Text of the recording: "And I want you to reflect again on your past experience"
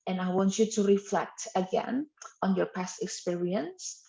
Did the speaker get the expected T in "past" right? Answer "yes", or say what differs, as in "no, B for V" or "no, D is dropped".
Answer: yes